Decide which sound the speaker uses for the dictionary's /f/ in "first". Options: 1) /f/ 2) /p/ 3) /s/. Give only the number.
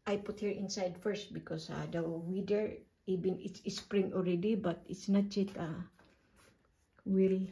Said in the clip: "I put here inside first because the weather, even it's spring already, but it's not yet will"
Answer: 1